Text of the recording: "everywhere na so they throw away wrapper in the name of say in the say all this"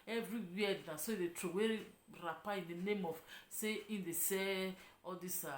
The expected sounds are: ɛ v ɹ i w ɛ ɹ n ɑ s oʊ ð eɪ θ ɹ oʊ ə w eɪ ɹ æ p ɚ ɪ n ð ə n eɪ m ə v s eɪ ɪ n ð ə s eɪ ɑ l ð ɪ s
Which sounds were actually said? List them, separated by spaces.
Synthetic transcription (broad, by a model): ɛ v ɹ i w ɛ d n ɑ s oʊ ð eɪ t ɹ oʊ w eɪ ɹ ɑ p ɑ ɪ n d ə n eɪ m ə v s eɪ ɪ n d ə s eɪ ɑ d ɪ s